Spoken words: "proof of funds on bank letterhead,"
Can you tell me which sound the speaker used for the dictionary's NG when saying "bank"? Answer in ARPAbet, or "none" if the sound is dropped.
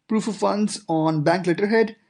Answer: NG